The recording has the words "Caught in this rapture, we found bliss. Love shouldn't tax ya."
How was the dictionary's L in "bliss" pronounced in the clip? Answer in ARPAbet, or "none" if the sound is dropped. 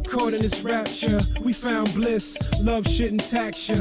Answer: L